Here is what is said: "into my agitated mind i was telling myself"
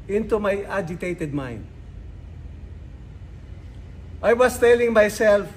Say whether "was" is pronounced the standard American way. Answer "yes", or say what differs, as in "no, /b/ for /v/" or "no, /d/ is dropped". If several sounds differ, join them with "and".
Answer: no, /s/ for /z/